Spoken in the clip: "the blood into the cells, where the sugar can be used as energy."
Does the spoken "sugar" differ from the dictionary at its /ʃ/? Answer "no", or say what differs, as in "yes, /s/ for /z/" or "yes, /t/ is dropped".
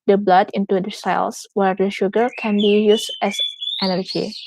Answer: no